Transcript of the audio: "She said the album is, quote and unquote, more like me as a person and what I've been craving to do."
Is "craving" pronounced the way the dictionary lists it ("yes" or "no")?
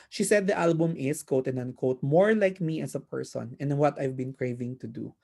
yes